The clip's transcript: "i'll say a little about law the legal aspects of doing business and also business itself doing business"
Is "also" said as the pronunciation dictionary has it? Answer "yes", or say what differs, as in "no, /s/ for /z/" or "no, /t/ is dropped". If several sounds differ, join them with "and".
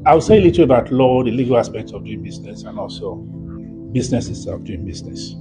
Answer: yes